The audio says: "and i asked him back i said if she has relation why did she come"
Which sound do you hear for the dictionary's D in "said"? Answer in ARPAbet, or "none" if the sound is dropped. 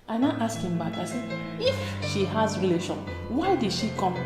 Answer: none